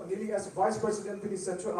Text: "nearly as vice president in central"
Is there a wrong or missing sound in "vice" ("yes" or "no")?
no